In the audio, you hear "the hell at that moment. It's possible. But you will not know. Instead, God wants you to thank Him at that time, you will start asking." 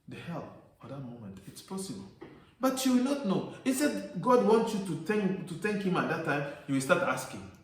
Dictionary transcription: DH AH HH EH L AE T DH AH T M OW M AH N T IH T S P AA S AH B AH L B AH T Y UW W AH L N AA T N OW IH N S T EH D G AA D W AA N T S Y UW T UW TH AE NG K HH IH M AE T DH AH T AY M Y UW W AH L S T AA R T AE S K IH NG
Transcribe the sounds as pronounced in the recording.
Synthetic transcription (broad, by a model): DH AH HH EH L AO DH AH T M OW M AH N T IH T S P AA S AH B AH L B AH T Y UW W AH L N AA T N OW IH S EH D G AA D W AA N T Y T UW T UW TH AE NG K HH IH M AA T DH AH T AY M Y UW W AH L S T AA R T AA S K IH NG